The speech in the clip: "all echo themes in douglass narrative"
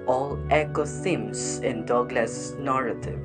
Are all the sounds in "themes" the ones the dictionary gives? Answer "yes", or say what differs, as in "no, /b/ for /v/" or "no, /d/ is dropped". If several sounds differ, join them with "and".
no, /s/ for /z/